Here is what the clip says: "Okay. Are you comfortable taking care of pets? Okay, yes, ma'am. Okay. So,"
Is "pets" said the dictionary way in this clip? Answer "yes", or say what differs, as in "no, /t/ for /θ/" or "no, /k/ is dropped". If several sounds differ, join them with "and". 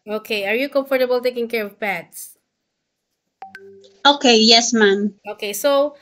no, /b/ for /p/